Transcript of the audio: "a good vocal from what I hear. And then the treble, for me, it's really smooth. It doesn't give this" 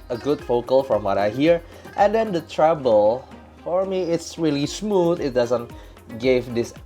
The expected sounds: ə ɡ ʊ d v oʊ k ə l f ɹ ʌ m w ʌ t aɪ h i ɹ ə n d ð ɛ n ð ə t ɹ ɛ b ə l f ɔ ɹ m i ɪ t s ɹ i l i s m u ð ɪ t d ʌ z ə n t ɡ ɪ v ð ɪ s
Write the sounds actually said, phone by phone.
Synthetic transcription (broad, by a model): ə ɡ ʊ d f oʊ k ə l f ɹ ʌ m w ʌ t aɪ h i ɹ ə n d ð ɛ n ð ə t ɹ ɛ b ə l f ɔ ɹ m i ɪ t s ɹ i l i s m u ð ɪ t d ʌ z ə n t ɡ ɪ v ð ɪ s